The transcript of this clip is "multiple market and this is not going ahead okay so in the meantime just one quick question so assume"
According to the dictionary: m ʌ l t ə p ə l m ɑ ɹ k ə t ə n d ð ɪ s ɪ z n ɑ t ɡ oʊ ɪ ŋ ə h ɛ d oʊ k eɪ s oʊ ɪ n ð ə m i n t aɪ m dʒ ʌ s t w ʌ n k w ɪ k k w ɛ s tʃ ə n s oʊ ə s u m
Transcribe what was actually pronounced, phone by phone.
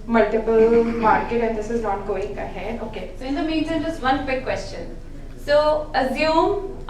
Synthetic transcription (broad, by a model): m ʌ l t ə p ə l m ɑ ɹ k ə t ə n d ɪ s ɪ z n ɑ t ɡ oʊ ɪ ŋ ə h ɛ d oʊ k eɪ s oʊ ɪ n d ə m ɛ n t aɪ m dʒ ʌ s t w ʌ n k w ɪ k k w ɛ s tʃ ə n s oʊ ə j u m